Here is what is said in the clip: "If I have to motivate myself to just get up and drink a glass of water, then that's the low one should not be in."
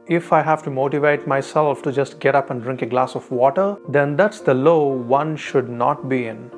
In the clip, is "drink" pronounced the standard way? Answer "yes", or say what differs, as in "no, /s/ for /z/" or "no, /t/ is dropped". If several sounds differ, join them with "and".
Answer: yes